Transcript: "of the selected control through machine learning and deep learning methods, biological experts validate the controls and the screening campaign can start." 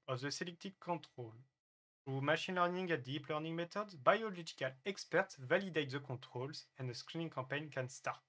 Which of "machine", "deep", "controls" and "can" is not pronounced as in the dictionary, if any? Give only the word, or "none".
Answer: controls